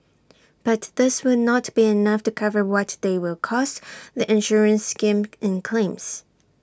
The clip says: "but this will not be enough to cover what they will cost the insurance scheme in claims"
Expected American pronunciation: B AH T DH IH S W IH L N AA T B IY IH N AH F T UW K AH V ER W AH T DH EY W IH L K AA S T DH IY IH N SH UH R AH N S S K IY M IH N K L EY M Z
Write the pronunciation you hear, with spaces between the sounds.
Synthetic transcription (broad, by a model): B AH T DH IH S W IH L N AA T B IY IH N AH F T UW K AH V ER W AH T DH EY W IH L K AA S T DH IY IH N SH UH R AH N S S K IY M IH N K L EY M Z